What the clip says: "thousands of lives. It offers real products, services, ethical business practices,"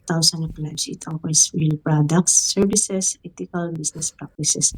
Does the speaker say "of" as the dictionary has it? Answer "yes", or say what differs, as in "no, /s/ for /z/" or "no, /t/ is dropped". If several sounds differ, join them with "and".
no, /p/ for /v/